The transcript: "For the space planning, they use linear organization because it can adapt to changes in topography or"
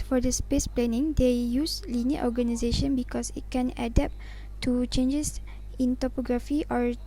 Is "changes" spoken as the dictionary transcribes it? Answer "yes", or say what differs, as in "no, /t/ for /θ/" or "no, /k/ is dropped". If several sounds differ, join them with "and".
no, /s/ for /z/